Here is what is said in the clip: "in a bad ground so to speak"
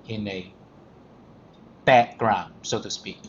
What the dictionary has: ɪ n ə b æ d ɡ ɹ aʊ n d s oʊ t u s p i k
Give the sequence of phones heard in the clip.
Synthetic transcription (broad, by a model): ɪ n ə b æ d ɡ ɹ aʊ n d s oʊ t u s p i k